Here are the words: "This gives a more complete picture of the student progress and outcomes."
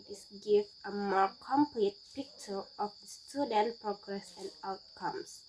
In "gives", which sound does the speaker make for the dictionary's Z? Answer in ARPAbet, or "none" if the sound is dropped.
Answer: none